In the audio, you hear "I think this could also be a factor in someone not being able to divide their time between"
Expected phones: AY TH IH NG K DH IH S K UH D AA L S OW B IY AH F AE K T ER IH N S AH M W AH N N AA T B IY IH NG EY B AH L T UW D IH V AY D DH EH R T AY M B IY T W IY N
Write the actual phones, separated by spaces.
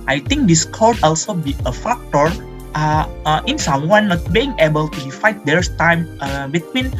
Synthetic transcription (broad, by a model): AY T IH NG K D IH S K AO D AA L S OW B IY AH F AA K T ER IH N S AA M W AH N N AA T B IY IH NG EY B AH L T UW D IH F AY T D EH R T AY M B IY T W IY N